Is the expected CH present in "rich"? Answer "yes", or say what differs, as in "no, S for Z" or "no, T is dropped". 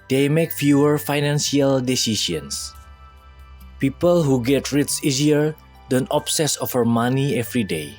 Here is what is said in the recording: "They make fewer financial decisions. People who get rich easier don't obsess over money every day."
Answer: no, S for CH